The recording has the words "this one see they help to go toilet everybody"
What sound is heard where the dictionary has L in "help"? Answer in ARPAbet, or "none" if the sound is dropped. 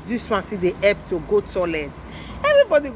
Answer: none